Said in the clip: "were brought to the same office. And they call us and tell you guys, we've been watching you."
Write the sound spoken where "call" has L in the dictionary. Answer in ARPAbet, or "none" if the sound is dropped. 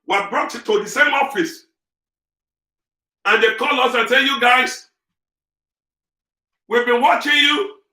L